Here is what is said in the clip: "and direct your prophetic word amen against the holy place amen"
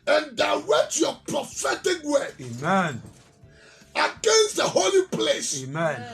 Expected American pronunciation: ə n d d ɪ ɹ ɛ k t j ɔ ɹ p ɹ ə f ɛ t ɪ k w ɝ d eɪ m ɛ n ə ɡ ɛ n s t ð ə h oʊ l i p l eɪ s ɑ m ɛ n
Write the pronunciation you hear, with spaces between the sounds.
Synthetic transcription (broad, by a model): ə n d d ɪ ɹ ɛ t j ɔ p ɹ ə f ɛ t ɪ k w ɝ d eɪ m ɛ n ə ɡ ɛ n s t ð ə h oʊ l i p l eɪ s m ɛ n